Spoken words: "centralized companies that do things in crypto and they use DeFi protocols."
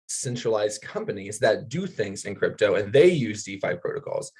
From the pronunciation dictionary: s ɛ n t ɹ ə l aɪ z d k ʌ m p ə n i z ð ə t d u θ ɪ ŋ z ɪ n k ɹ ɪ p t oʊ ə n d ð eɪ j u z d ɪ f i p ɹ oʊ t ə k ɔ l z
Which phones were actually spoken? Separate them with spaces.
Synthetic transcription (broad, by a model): s ɛ n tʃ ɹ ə l aɪ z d k ʌ m p ə n i z ð ə t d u θ ɪ ŋ z ɪ n k ɹ ɪ p t oʊ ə n ð eɪ j u z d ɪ f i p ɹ oʊ t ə k ɔ l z